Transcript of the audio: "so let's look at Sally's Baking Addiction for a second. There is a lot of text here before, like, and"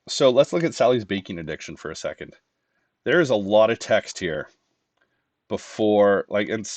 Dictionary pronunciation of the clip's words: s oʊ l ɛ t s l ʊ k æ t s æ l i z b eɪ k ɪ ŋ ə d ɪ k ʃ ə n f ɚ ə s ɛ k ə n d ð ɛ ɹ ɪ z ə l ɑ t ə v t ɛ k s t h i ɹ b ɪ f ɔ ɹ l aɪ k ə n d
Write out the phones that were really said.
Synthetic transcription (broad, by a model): s oʊ l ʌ t s l ʊ k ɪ t s æ l i z b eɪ k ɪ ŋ ə d ɪ k ʃ ə n f ɚ ə s ɛ k ə n d ð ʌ ɹ ɪ z ə l ɑ t ə v t ɛ k s t h i ɹ b ɪ f ɔ ɹ l aɪ k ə n